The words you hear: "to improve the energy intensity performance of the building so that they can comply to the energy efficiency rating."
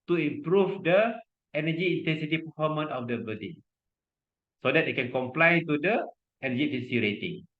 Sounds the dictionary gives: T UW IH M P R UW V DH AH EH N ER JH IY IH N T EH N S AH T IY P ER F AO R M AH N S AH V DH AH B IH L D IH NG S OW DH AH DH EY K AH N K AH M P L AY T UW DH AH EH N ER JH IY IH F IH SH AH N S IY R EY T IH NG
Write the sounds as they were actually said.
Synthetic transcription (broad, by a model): T UW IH M P R UW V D AH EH N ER JH IY IH N T EH N S AH T IY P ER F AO M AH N AH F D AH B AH D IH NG S OW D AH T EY K AH N K AH M P L AY T UW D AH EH N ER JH IY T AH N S IY R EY T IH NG